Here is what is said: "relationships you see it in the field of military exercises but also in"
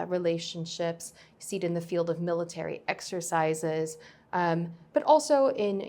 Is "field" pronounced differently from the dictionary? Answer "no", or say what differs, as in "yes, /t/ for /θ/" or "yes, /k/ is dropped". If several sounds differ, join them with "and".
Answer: no